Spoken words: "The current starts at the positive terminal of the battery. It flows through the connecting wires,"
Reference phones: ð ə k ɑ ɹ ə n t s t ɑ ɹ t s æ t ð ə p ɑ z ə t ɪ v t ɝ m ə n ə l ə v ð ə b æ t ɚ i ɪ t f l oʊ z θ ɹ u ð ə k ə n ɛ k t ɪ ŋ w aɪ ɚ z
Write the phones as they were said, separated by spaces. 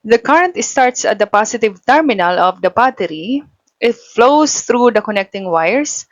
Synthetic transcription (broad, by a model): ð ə k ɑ ɹ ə n t s t ɑ ɹ t s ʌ t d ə p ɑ s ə t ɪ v t ɝ m ə n ə l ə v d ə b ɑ t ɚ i ɪ t f l oʊ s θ ɹ u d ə k ə n ɛ k t ɪ ŋ w aɪ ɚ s